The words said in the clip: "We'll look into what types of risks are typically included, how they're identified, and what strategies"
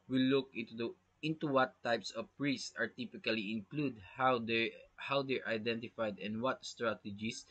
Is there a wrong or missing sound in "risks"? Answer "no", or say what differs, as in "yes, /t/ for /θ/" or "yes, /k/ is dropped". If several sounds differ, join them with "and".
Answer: yes, /k/ is dropped